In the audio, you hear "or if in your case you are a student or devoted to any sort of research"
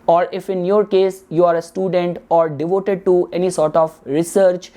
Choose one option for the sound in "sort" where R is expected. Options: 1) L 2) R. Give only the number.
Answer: 2